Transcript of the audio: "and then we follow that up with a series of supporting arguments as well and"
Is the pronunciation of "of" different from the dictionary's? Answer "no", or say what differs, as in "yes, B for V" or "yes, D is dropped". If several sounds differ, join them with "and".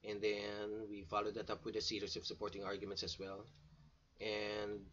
yes, P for V